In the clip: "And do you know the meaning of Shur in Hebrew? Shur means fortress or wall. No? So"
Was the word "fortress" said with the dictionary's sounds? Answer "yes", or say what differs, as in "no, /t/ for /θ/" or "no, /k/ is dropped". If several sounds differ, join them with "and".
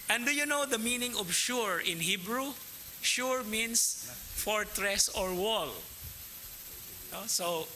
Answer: yes